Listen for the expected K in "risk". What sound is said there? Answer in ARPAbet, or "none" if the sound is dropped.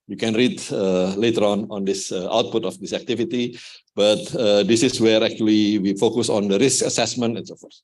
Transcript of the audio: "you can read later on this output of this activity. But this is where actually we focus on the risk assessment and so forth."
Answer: K